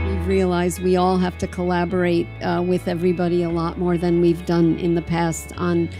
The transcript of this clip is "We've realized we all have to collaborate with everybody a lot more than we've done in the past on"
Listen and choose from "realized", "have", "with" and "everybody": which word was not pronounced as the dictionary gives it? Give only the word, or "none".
have